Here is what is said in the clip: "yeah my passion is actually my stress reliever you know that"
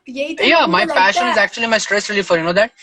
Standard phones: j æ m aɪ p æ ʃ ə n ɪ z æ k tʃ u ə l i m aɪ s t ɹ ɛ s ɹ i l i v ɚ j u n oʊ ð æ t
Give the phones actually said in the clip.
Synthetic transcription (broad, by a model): j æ m aɪ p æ ʃ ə n ɪ z æ k tʃ u ə l i m aɪ s t ɹ ɛ s ɹ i l i f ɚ j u n oʊ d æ t